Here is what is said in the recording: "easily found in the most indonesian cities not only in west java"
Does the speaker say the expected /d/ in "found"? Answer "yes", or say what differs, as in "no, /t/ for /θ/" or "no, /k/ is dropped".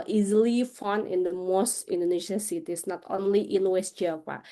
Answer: no, /d/ is dropped